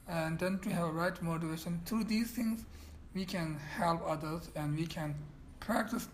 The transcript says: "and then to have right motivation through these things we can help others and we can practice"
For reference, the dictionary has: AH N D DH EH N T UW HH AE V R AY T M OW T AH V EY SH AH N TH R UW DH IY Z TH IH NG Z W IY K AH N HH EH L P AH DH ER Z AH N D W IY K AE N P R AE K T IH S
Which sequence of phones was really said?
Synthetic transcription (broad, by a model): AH N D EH N T UW HH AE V R AY T M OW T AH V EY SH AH N T R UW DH IY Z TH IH NG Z W IY K AH N HH EH L P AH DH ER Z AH N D W IY K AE N P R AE K T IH S